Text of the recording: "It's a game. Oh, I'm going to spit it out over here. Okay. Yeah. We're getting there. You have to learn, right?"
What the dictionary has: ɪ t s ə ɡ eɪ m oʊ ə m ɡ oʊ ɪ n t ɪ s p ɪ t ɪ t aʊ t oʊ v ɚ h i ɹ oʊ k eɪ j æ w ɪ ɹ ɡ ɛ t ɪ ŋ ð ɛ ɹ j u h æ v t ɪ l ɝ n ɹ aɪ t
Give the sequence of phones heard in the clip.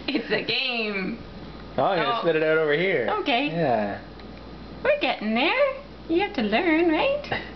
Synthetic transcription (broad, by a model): ɪ t s ə ɡ eɪ m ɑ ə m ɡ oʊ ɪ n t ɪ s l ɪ t ɪ t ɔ t oʊ v ɚ h i ɹ oʊ k eɪ j æ w ɪ ɹ ɡ ɛ t ɪ ŋ ð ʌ ɹ j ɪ h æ f t ɪ l ɝ n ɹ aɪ t